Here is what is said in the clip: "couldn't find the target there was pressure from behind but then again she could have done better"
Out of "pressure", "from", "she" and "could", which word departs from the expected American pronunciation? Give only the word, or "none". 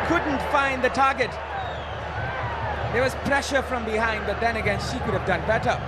none